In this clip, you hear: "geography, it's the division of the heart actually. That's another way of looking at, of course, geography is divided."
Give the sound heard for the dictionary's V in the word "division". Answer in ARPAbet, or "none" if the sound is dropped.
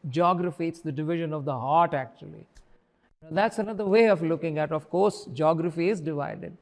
V